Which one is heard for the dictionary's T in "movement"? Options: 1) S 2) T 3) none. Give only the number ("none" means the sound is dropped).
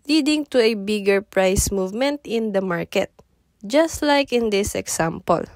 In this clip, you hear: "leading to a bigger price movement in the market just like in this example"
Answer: 2